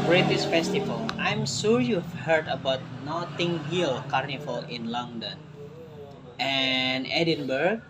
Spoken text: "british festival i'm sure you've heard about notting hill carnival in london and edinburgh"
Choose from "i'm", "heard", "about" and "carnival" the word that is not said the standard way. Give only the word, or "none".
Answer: carnival